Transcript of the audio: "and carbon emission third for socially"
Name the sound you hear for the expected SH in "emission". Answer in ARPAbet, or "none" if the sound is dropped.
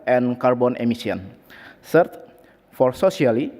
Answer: S